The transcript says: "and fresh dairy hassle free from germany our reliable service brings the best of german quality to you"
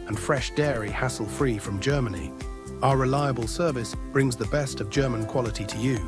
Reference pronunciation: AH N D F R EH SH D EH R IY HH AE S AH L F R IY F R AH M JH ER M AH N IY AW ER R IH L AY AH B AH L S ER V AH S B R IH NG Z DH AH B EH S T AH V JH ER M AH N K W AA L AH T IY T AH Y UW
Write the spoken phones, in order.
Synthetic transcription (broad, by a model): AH N F R EH SH D EH R IY HH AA S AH L F R IY F R AH M JH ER M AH N IY AW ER R IH L AY AH B AH L S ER V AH S B R IH NG Z DH AH B EH S T AH V JH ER M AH N K W AA L AH T IY T AH Y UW